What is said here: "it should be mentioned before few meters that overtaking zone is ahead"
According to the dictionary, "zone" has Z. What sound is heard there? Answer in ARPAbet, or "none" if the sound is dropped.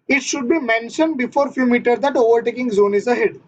Z